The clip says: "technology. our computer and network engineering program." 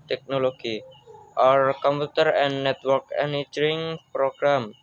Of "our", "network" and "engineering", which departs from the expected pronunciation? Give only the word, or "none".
engineering